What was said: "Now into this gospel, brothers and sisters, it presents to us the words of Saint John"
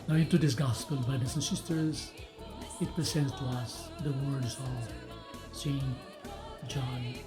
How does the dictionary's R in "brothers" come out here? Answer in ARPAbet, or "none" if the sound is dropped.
none